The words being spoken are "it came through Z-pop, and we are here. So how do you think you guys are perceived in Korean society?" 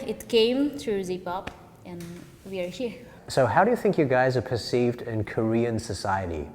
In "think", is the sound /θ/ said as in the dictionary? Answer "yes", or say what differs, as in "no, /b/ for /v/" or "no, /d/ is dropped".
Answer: yes